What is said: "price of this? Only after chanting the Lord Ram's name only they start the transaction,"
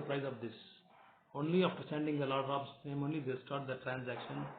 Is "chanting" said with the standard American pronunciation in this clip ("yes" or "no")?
no